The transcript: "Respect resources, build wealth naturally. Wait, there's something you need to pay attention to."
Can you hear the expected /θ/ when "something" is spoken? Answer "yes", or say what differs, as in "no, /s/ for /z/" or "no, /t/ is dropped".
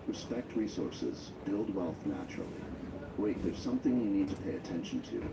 yes